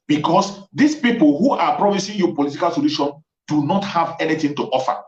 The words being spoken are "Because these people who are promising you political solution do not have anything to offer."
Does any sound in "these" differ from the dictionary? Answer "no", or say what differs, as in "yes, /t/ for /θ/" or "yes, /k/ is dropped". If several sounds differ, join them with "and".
yes, /s/ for /z/